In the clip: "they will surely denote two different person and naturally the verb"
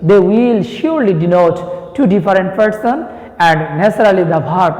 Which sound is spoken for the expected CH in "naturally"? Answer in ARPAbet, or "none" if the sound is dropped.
S